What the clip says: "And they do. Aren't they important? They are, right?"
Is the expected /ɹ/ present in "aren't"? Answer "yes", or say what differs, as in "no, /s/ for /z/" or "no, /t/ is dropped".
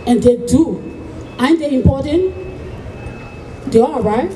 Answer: no, /ɹ/ is dropped